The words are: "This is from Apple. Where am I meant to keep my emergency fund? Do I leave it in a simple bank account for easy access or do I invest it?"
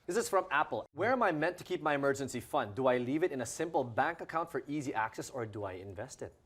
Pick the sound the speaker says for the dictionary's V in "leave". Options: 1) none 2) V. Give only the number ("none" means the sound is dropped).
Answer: 2